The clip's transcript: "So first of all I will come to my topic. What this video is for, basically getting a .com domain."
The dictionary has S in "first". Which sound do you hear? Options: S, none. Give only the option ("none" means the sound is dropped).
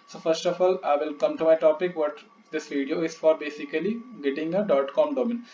S